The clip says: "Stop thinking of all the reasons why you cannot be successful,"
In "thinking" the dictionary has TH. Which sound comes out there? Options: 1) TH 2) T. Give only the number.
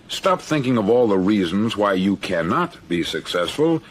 1